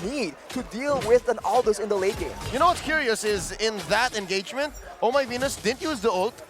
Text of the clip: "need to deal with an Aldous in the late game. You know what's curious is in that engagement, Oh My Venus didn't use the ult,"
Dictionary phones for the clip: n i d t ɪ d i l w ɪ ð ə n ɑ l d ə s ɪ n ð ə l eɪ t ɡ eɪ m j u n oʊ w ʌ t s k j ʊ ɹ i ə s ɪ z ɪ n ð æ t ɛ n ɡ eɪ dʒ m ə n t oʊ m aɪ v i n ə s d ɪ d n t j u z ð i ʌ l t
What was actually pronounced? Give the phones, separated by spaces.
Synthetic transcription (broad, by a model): n i d t ɪ d i l w ɪ ð ə n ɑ l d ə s ɪ n ð ə l eɪ t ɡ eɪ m j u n oʊ w ʌ t s k j ʊ ɹ i ə s ɪ z ɪ n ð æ t ɛ n ɡ eɪ dʒ m ə n t oʊ m aɪ v i n ə s d ɪ d n t j u z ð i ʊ l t